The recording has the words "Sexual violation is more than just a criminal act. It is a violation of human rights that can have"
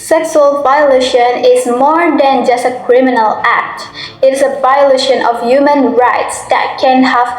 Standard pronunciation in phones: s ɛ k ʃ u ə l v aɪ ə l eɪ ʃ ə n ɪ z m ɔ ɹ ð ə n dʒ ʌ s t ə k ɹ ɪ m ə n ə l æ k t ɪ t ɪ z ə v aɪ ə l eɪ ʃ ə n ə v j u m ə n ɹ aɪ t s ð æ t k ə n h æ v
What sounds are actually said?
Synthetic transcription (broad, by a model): s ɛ k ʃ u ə l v aɪ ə l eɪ ʃ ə n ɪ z m ɔ ɹ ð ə n dʒ ʌ s t ə k ɹ ɪ m ə n ə l æ k t ɪ t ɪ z ə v aɪ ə l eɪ ʃ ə n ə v j u m ə n ɹ aɪ t s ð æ t k ə n h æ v